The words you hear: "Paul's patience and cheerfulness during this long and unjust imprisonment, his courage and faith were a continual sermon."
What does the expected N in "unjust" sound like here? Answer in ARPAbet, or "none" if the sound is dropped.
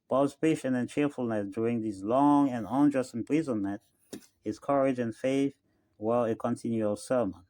N